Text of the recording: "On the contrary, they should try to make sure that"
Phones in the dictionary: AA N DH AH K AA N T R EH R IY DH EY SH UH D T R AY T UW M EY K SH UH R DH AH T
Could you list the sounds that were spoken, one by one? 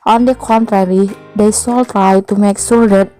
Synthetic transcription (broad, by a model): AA N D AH K AA N T R EH R IY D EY S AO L T R AY T UW M EY K S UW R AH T